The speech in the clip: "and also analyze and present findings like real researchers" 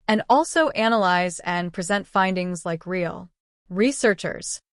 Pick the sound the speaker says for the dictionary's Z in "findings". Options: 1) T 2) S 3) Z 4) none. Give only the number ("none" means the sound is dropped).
3